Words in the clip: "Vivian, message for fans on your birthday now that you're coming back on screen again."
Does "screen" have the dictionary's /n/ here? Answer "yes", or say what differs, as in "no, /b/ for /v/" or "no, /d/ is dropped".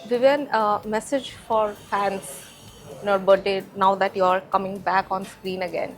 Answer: yes